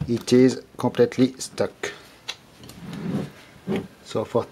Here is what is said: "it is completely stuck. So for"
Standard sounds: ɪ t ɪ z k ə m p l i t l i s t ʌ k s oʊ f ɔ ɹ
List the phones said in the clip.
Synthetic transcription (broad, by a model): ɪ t ɪ z k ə p l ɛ t l i s t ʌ k s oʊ f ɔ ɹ